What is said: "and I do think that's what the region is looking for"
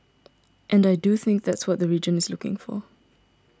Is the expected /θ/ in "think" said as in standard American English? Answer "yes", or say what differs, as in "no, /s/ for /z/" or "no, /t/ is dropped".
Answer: yes